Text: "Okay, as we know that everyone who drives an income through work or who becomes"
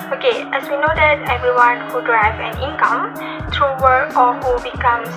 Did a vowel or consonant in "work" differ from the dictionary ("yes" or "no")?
yes